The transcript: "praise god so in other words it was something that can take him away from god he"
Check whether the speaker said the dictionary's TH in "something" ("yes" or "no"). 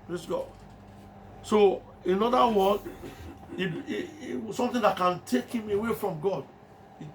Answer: no